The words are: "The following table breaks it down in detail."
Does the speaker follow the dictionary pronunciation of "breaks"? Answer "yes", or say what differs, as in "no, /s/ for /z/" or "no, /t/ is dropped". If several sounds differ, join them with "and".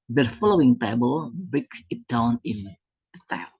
no, /ɹ/ is dropped and /s/ is dropped